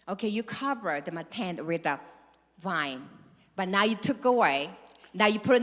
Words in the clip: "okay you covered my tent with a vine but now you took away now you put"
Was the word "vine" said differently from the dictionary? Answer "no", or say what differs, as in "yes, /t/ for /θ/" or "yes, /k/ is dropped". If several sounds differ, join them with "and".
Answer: no